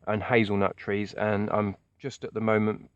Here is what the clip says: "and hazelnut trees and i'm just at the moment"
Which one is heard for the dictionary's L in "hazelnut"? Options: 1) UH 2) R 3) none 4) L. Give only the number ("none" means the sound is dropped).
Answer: 4